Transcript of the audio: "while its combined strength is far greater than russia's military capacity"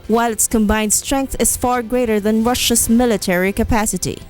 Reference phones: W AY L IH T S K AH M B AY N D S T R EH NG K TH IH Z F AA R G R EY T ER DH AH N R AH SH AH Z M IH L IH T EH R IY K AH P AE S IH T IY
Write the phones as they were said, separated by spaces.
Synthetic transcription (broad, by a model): W AY L IH T S K AH M B AY N D S T R EH NG K TH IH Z F AA R G R EY T ER DH AH N R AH SH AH S M IH L IH T EH R IY K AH P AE S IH T IY